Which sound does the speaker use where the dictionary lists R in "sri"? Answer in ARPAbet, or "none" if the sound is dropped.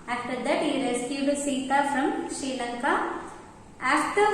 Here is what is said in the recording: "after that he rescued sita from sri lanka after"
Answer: none